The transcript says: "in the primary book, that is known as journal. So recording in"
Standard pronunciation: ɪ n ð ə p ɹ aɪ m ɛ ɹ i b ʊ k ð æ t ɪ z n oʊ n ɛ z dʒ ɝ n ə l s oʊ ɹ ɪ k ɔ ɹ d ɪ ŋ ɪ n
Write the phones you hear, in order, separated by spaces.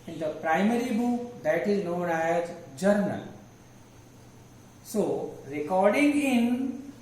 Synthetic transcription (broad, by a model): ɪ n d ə p ɹ aɪ m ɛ ɹ i b ʊ k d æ t ɪ z n oʊ n ɛ z dʒ ɝ n ə l s oʊ ɹ ɪ k ɔ ɹ d ɪ ŋ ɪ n